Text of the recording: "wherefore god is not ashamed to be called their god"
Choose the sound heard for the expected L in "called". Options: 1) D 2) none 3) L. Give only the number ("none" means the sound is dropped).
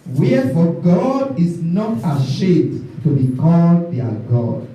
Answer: 3